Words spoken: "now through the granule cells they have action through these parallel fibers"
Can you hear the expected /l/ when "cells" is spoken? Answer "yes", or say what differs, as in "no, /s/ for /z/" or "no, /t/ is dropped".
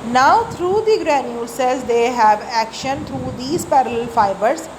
no, /l/ is dropped